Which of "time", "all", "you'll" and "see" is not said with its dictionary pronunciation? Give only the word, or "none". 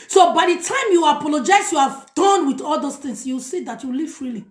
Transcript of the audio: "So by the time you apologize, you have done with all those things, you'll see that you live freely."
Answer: you'll